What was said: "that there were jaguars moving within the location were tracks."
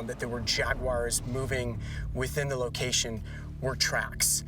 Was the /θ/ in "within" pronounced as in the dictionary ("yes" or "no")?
yes